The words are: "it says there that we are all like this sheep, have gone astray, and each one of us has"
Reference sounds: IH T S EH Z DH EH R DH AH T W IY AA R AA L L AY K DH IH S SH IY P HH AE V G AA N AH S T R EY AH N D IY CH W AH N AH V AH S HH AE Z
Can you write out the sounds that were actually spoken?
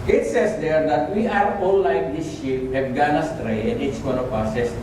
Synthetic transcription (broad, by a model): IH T S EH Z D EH R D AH T W IY AA R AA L L AY K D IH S SH IY P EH F G AA N AH S T R EY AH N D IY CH W AH N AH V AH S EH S